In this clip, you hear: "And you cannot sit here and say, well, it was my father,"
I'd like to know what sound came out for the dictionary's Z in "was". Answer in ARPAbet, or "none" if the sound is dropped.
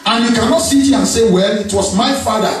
S